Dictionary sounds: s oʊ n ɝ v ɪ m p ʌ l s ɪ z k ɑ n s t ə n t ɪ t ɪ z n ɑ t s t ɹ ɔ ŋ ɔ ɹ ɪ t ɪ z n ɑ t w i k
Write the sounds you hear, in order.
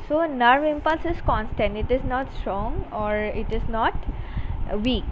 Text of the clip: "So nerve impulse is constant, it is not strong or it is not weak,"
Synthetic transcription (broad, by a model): s oʊ n ɝ v ɪ m p ʌ l s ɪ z k ɑ n s t ə n t ɪ t ɪ z n ɑ t s t ɹ ɔ ŋ ɔ ɹ ɪ t ɪ z n ɑ t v i k